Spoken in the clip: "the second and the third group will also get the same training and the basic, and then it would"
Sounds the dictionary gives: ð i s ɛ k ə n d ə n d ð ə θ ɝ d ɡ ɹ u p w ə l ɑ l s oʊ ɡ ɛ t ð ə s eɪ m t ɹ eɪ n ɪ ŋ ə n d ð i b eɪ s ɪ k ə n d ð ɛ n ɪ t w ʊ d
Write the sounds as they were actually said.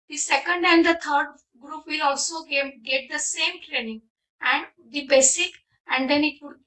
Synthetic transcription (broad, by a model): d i s ɛ k ə n d ə n d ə t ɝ d ɡ ɹ u p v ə l ɑ l s oʊ ɡ ɛ t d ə s eɪ m t ɹ eɪ n ɪ ŋ ə n d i b eɪ s ɪ k ə n d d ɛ n ɪ t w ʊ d